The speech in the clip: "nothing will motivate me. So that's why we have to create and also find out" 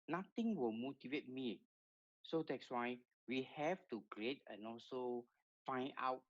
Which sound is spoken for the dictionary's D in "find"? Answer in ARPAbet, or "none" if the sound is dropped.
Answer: none